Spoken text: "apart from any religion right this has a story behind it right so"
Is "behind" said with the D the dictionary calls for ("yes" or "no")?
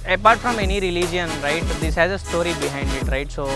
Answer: yes